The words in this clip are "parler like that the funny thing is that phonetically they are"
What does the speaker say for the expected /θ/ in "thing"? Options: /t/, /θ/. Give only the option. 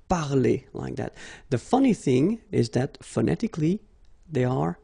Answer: /θ/